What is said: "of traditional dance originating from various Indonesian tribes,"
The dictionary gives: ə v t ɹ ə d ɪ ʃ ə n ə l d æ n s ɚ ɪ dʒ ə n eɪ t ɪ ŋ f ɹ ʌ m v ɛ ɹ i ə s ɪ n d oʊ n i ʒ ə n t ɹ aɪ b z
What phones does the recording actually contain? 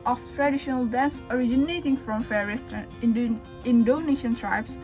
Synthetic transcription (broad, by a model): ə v t ɹ ə d ɪ ʃ ə n ə l d æ n s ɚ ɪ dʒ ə n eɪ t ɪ ŋ f ɹ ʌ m f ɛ ɹ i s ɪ n d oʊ n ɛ ʃ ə n t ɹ aɪ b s